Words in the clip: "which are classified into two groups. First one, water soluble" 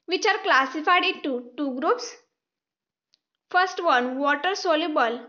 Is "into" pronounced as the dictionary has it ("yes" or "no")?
no